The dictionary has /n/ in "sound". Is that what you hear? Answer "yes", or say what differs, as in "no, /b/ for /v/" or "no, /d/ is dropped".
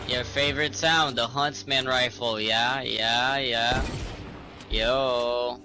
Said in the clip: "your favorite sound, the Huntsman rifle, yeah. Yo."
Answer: yes